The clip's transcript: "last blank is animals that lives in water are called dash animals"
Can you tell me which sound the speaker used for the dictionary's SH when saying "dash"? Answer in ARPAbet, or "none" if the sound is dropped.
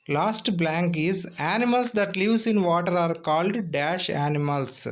SH